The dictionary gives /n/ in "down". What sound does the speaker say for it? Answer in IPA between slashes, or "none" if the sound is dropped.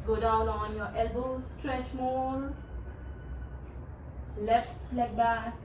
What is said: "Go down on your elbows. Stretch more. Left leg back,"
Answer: /l/